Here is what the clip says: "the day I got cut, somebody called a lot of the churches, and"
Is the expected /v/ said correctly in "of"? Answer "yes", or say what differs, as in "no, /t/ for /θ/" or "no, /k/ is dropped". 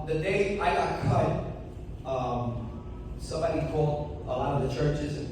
yes